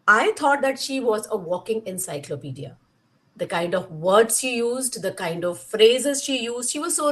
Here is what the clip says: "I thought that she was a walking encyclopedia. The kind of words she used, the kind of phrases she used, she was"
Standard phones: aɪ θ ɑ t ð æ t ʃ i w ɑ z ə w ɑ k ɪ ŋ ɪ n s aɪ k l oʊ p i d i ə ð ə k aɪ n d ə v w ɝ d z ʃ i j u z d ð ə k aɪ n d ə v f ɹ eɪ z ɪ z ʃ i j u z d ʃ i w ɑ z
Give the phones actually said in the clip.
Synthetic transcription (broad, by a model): aɪ t ɑ t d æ t ʃ i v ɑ z ə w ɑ k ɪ ŋ ɪ n s aɪ k l oʊ p i d i ə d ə k aɪ n d ə v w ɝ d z ʃ i j u z d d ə k aɪ n d ə v f ɹ eɪ z ɪ z ʃ i j u z d ʃ i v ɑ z